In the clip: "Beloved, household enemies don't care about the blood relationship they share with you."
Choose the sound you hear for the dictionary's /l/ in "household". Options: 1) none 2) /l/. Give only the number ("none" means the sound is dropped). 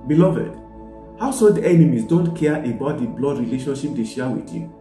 1